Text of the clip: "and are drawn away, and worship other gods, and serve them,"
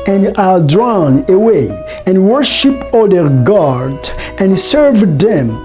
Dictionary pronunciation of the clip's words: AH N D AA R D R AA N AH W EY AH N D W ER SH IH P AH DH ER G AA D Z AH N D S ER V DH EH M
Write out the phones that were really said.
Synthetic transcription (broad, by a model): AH N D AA L D R AA N AH W EY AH N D W ER SH IH P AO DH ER G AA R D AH N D S ER V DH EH M